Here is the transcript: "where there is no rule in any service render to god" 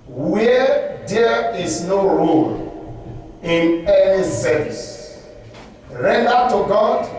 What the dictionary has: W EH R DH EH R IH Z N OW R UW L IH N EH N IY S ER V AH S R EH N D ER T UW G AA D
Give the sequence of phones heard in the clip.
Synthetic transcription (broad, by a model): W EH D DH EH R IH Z N OW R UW L IH N EH N IY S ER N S R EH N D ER T UW G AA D